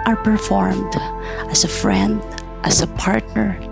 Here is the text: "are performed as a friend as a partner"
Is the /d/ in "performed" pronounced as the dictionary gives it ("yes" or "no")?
yes